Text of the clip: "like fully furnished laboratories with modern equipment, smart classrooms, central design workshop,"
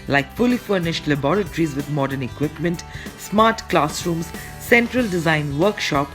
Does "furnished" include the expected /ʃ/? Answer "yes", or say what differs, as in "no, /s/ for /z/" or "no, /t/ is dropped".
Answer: yes